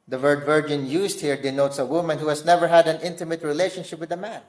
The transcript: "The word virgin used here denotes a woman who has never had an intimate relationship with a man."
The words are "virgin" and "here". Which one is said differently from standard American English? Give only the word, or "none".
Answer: none